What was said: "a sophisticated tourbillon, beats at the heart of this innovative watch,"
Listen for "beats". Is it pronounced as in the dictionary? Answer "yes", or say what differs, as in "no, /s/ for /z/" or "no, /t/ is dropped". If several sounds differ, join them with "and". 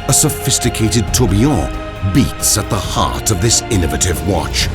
yes